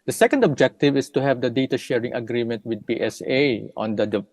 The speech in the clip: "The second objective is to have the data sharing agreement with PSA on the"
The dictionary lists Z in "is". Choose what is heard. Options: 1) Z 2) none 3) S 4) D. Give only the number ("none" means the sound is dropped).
3